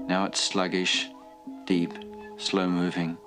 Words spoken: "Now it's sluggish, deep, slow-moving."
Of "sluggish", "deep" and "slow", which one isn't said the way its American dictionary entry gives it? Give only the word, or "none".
none